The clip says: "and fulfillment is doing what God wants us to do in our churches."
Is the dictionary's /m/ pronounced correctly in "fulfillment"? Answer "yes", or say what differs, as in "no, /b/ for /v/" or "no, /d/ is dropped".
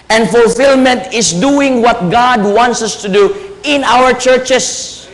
yes